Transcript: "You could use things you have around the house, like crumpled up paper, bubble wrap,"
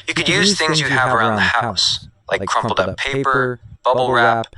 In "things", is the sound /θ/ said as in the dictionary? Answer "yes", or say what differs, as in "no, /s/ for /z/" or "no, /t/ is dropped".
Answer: yes